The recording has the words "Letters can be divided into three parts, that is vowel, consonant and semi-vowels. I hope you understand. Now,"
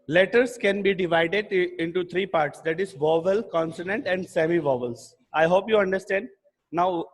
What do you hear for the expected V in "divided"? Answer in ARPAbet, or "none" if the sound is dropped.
V